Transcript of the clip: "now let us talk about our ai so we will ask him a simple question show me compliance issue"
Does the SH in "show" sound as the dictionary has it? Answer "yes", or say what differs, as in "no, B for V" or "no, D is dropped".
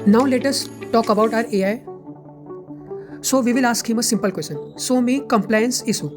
no, S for SH